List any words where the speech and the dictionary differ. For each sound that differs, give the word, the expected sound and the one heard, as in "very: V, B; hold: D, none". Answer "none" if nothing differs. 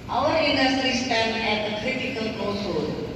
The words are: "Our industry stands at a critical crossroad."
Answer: stands: Z, none